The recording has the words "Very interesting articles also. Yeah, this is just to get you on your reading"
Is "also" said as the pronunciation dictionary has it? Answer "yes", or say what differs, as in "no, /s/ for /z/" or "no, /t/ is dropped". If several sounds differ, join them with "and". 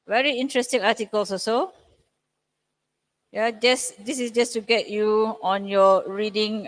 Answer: no, /l/ is dropped